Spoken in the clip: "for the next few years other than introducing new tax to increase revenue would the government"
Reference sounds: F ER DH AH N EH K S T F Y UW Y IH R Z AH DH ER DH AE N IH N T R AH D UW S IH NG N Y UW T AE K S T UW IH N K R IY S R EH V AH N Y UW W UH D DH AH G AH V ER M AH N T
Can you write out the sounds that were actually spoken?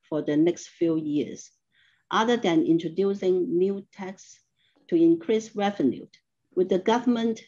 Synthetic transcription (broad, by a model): F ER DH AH N EH K S T F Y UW Y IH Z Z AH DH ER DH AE N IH N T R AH D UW S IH NG N Y UW T AE K S T UW IH N K R IY S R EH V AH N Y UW W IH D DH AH G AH V ER M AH N T